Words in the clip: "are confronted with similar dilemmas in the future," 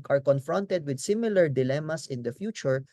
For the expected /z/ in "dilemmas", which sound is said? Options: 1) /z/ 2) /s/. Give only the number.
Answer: 2